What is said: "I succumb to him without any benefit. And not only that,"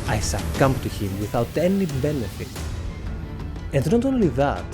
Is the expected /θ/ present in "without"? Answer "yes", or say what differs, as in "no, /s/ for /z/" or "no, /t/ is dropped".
yes